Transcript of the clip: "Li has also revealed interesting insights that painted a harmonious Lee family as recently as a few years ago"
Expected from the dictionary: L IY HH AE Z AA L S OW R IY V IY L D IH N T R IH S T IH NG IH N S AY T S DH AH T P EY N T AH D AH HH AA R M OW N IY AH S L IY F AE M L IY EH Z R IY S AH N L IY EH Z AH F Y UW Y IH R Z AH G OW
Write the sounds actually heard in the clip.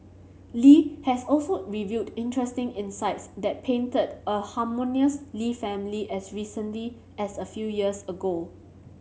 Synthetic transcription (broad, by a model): L IY HH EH S AA L S OW R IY V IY D IH N T R IH S T IH NG IH N S AY T S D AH T P EY N T AH D AH HH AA M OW N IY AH S L IY F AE M L IY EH S R IY S AH N L IY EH S AH F Y UW Y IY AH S AH G OW